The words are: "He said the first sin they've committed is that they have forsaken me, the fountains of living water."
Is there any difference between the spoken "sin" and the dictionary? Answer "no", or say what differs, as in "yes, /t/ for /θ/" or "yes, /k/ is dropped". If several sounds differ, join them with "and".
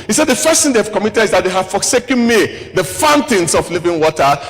yes, /θ/ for /s/